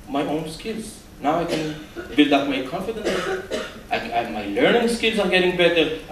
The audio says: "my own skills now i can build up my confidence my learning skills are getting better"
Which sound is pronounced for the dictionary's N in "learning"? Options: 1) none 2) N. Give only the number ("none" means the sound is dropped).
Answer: 2